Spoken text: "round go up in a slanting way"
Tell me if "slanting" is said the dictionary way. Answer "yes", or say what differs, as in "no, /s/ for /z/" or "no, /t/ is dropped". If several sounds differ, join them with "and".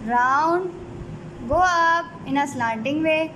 no, /n/ is dropped